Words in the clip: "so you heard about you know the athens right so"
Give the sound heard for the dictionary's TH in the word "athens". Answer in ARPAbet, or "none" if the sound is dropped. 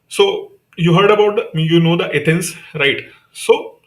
T